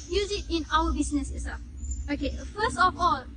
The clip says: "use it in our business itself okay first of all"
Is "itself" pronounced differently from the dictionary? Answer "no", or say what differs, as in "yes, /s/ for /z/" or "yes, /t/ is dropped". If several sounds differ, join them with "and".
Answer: yes, /l/ is dropped